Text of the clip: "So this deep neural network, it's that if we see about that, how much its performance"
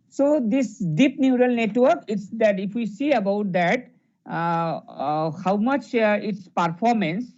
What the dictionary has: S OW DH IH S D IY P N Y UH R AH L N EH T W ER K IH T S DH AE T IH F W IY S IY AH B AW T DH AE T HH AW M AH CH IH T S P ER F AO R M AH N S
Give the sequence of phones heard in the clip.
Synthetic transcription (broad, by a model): S OW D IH S D IY P N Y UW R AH L N EH T W ER K IH T S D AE T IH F W IY S IY AH B AW T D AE T HH AW M AH CH IH T S P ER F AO R M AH N S